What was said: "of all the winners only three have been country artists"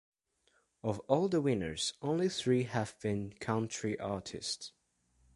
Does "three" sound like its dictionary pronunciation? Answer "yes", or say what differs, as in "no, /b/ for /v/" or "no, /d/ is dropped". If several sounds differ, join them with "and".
yes